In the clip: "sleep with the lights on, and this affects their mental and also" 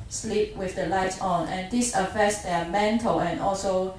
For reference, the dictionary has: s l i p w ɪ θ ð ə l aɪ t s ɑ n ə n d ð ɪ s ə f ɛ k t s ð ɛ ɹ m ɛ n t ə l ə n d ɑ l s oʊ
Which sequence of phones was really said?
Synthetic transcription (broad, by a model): s l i p w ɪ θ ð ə l aɪ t ɑ n ə n d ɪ s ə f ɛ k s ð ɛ m ɛ n t ə l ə n ɑ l s oʊ